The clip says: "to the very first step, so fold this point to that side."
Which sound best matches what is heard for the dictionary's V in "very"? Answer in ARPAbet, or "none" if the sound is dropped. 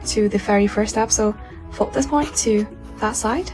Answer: F